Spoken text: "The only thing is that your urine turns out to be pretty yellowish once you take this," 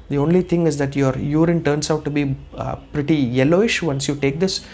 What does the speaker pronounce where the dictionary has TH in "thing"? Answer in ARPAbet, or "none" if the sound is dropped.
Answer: T